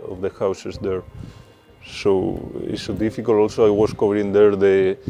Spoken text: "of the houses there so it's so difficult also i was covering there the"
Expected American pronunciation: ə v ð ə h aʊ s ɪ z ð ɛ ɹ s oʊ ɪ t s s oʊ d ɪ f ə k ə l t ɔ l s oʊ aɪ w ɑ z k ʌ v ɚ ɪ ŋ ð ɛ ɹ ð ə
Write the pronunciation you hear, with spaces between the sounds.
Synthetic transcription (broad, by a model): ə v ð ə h aʊ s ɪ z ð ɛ ɹ s oʊ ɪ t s s oʊ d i f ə k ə l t ɔ l s oʊ aɪ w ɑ s k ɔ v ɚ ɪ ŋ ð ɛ ɹ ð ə